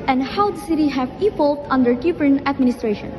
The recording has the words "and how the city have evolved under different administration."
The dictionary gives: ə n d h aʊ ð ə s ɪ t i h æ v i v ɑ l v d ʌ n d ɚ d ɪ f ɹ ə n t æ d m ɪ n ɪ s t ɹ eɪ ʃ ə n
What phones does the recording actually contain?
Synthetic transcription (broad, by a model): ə n d h aʊ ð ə s ɪ t i h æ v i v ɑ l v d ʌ n d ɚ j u p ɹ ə n æ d m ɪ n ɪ s t ɹ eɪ ʃ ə n